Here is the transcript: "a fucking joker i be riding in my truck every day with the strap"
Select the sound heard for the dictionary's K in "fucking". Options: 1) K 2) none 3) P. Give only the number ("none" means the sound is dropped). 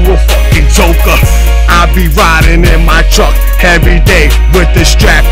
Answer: 2